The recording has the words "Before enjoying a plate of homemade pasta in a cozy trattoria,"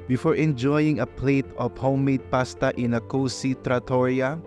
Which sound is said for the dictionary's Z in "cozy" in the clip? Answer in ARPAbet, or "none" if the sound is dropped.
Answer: S